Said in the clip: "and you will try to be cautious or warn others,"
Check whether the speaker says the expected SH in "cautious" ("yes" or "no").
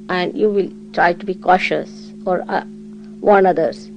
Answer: yes